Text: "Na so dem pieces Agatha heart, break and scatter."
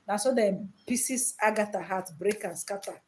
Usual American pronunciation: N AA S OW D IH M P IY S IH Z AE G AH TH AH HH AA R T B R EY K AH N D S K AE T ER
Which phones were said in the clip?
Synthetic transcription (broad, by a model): N AA S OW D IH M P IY S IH S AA G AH T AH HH AA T B R EY K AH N S K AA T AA